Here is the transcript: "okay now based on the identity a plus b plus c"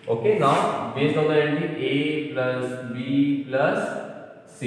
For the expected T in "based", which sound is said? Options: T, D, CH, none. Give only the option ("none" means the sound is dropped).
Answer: none